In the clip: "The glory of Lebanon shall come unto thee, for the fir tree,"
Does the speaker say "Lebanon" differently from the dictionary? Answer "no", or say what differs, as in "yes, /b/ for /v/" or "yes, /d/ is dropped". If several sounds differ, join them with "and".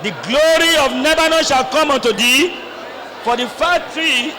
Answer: yes, /n/ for /l/